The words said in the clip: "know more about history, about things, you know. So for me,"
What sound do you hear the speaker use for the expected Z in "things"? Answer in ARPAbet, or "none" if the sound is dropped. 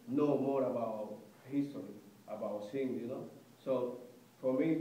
none